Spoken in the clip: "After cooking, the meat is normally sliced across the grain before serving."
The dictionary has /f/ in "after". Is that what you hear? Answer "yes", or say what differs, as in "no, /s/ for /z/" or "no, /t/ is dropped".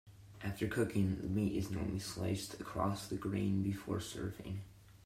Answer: yes